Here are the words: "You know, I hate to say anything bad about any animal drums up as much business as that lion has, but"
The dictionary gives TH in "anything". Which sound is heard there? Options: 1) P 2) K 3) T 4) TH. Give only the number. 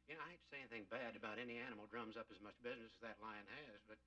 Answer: 4